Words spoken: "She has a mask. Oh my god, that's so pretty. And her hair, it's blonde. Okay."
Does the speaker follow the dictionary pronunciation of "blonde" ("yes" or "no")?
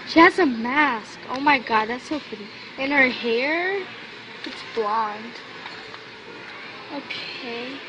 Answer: yes